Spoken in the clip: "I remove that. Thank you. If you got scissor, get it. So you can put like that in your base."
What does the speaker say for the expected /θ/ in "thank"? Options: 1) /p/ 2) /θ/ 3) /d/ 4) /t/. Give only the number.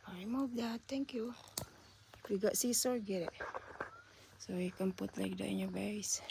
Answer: 4